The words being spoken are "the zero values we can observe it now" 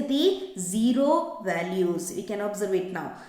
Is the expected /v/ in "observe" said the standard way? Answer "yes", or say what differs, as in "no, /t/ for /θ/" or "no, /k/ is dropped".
yes